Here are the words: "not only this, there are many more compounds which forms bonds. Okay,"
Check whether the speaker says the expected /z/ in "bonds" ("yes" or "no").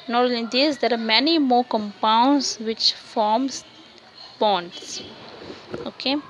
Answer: no